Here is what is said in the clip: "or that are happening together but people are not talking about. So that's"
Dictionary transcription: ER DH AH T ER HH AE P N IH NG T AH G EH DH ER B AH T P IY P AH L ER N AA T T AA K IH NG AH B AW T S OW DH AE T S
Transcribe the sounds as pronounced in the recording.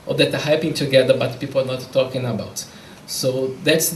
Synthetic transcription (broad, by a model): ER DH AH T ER HH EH P IH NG T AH G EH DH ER B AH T P IY P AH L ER N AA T T AA K IH NG AH B AW T S OW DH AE T S